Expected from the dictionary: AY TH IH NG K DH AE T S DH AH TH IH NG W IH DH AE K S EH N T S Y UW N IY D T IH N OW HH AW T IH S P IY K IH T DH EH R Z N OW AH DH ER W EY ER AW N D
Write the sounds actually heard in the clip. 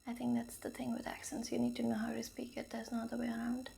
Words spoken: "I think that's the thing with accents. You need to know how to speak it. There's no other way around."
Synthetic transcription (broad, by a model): AY TH IH NG K DH AE T S DH AH TH IH NG W IH DH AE K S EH N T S Y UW N IY D T IH N OW HH AW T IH S P IY K IH T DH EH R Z N OW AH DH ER W EY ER AW N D